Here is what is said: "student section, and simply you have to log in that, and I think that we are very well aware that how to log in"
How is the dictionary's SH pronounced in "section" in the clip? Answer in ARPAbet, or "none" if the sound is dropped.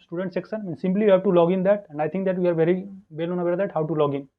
S